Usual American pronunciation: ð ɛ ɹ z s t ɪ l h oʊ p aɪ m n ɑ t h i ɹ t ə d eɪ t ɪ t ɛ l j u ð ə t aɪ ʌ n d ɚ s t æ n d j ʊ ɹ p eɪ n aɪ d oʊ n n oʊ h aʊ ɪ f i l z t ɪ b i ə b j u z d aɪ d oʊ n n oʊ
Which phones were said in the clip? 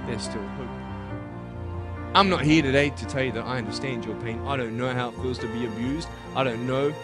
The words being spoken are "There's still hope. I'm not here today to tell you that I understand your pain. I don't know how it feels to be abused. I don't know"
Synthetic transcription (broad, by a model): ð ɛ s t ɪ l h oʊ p aɪ m n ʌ t h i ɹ t ə d eɪ t ɪ t ɛ l j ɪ ð ə t aɪ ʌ n d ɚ s t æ n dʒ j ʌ ɹ p eɪ n aɪ d oʊ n n oʊ h aʊ ɪ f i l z t ɪ b i ə b j u z d aɪ d oʊ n n oʊ